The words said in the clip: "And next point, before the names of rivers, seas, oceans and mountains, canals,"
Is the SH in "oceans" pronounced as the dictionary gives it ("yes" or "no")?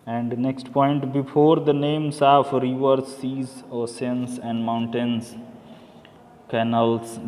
no